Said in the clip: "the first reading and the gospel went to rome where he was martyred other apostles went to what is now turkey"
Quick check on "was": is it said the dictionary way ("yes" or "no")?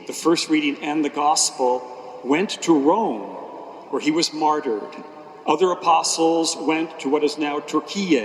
yes